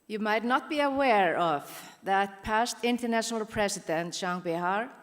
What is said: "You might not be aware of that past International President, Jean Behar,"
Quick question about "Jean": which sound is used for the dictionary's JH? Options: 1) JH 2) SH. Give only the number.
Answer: 2